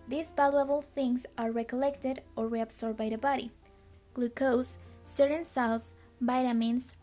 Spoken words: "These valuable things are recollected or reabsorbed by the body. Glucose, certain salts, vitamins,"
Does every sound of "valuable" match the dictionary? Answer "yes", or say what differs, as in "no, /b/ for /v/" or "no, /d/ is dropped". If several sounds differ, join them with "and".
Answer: no, /b/ is dropped